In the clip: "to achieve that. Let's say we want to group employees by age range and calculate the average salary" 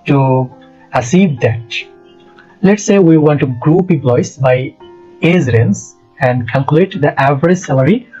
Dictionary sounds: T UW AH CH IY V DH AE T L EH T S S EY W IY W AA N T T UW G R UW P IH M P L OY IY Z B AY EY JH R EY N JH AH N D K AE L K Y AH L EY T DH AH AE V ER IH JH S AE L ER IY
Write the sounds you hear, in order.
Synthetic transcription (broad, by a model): T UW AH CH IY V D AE T L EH T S S EY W IY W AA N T T UW G R UW P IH P L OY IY S B AY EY Z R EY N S AH N D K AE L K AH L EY T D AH AE V ER IH JH S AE L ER IY